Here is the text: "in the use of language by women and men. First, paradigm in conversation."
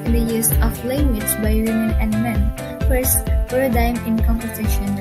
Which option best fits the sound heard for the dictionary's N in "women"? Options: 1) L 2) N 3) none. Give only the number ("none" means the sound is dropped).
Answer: 2